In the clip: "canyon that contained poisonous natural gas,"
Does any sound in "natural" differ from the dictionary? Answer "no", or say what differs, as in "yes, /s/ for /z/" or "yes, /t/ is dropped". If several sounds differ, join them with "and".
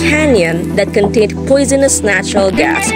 no